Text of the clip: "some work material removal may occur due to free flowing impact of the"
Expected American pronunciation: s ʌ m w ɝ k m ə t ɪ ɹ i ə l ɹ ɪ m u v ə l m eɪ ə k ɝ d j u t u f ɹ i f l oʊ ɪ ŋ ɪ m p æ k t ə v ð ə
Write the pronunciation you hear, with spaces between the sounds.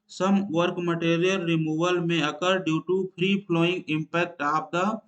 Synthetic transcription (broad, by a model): s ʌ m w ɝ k m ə t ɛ ɹ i ə l ɹ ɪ m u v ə l m eɪ ə k ɝ d j u t u p ɹ i p l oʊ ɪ ŋ ɪ m p æ k t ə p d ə